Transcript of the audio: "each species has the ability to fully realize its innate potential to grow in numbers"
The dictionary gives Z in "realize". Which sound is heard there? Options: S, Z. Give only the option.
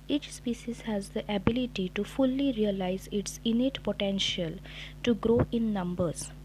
Z